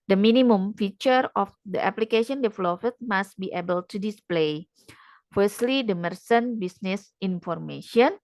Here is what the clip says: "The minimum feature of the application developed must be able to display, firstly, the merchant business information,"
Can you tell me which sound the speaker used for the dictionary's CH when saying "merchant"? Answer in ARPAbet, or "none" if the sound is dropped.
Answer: S